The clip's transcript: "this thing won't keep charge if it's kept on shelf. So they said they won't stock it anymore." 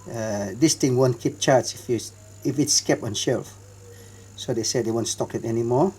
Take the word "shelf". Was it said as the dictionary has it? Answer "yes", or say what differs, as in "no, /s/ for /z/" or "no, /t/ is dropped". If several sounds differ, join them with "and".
yes